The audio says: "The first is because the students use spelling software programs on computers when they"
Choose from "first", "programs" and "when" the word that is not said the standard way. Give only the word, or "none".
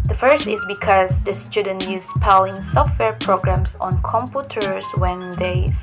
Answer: programs